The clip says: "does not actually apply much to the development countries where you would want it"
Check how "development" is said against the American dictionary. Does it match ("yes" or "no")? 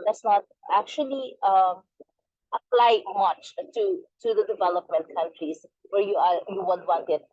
yes